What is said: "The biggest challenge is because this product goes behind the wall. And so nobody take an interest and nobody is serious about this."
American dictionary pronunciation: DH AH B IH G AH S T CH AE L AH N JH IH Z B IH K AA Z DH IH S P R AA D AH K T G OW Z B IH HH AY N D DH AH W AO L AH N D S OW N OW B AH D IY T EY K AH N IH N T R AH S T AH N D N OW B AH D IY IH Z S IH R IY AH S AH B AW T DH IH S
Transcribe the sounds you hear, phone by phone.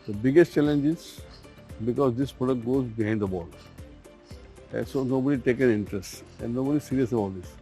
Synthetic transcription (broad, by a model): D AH B IH G AH S T CH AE L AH N JH IH Z B IH K AA Z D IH S P R AA D AH K T G OW Z B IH HH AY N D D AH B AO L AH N S OW N OW B AH D IY T EY K AH N IH N T R AH S T AH N D N OW B AH D IY S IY R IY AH S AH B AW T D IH S